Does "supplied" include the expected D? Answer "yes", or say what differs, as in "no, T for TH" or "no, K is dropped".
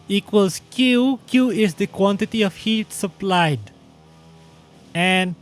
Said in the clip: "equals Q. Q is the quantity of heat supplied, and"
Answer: yes